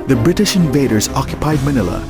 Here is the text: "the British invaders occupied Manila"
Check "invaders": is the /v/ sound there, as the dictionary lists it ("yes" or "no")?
yes